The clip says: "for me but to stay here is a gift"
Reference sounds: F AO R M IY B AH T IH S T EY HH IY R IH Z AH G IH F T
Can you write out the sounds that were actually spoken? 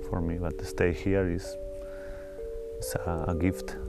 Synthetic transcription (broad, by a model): F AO R M IY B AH T IH S T EY HH IY R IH S AH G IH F T